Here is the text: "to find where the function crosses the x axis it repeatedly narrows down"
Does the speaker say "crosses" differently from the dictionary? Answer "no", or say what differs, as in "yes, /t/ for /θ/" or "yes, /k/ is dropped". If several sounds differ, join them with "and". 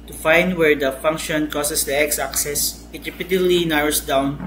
yes, /ɹ/ is dropped